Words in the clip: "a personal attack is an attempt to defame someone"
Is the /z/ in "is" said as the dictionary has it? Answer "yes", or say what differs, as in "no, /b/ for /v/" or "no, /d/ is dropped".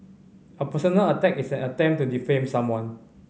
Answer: no, /s/ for /z/